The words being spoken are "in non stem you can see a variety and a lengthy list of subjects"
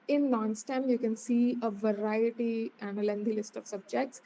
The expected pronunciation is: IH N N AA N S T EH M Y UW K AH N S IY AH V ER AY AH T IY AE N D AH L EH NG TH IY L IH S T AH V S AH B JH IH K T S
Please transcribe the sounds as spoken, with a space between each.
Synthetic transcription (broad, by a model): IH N N AA N S T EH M Y UW K AH N S IY AH V ER AY AH T IY AE N D AH L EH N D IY L IH S T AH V S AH B JH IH K T S